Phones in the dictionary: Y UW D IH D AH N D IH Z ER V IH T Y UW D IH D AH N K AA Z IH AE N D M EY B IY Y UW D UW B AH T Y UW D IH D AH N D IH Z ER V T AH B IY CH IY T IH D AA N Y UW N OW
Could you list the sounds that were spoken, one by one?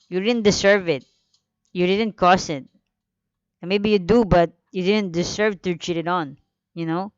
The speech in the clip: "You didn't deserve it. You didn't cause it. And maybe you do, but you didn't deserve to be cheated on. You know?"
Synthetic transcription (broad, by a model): Y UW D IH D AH N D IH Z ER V IH T Y UW D IH D AH N K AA S IH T M EY B IY Y UW D UW B AH T Y UW D IH D AH N D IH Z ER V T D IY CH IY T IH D AA N Y UW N OW